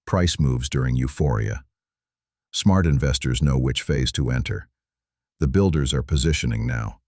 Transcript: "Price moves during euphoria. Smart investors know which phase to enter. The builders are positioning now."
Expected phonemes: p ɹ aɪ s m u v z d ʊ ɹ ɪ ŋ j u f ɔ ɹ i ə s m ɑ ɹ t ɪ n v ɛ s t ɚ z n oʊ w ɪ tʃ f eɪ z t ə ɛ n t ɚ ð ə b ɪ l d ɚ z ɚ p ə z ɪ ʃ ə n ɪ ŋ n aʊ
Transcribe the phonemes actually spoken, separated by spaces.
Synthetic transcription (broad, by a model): p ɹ aɪ s m u v z d ʊ ɹ ɪ ŋ j u f ɔ ɹ i ə s m ɑ ɹ t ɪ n v ɛ s t ɚ z n oʊ w ɪ tʃ f eɪ z t ə ɛ n t ɚ ð ə b ɪ l d ɚ z ɚ p ə z ɪ ʃ ə n ɪ ŋ n aʊ